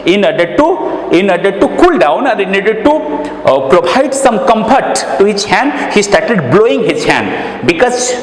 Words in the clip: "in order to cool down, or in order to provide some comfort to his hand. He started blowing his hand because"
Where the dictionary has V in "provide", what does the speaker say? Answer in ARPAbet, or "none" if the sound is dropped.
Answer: B